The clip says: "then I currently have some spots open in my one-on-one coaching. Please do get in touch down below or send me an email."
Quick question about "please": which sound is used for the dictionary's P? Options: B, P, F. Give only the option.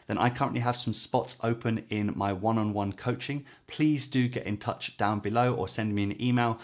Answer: P